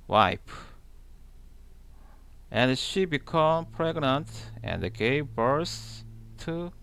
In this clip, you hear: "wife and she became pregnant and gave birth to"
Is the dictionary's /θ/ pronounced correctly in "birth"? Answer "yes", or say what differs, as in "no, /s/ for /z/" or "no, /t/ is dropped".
no, /s/ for /θ/